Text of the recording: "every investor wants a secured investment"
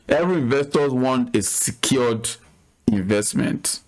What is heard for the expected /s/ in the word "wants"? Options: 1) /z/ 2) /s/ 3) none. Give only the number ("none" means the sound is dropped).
3